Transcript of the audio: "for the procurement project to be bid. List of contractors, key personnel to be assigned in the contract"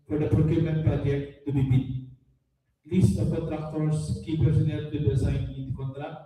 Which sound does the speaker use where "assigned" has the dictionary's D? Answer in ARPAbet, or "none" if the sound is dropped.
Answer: none